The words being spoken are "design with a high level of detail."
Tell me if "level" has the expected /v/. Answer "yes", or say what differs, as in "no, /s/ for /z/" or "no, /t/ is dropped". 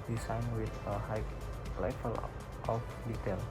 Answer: no, /f/ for /v/